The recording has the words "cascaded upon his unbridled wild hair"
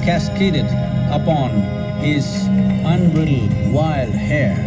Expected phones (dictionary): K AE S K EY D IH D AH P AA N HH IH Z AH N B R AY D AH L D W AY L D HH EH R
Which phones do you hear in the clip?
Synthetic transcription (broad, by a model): K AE S K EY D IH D AH P AA N HH IH Z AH N R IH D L W AY L D HH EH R